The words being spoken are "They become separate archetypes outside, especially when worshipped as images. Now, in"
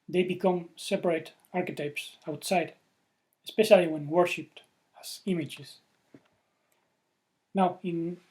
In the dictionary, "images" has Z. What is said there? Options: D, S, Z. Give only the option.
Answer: S